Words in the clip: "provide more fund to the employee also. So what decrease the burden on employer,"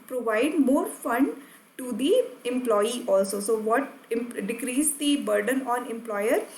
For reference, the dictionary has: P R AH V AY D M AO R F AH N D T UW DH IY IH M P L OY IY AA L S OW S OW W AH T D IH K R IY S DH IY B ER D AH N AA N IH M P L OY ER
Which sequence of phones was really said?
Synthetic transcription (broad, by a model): P R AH V AY D M AO R F AH N D T UW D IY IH M P L OY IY AA L S OW S OW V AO T D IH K R IY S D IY B ER D AH N AA N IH M P L OY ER